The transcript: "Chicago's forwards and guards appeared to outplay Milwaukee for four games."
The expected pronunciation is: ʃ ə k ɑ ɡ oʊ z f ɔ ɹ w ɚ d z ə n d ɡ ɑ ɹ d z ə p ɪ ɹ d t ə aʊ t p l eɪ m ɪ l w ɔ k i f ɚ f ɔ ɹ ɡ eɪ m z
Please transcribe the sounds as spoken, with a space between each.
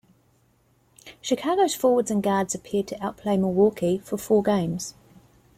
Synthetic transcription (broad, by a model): ʃ ə k ɑ ɡ oʊ z f ɔ w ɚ d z ə n ɡ ɑ d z ə p ɪ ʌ d t ə aʊ t p l eɪ m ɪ w ɔ k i f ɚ f ɔ ɡ eɪ m z